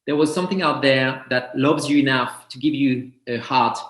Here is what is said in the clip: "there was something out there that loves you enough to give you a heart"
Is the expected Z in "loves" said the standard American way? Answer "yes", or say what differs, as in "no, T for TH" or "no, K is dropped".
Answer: yes